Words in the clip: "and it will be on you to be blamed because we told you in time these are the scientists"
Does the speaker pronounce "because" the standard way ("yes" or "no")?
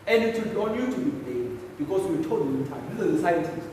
no